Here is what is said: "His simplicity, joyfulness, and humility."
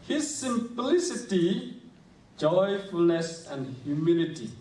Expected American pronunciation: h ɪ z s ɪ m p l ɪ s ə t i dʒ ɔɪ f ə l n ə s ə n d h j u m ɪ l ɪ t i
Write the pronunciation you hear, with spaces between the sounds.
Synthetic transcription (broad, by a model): h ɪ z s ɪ m p l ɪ s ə t i dʒ ɔɪ f ə l n ə s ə n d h j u m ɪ l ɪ t i